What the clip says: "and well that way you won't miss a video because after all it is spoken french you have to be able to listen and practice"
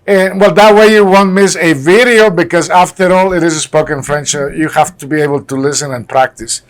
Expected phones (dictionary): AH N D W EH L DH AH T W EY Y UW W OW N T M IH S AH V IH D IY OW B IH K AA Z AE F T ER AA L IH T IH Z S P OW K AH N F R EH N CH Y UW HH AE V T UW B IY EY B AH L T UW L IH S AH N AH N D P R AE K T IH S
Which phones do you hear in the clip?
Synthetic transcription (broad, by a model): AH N W EH L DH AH T W EY Y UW W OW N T M IH S AH V IH D IY OW B IH K AA Z AE F T ER AA L IH T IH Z S P OW K AH N F R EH N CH Y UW HH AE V T UW B IY EY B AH L T UW L IH S AH N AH N P R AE K T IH S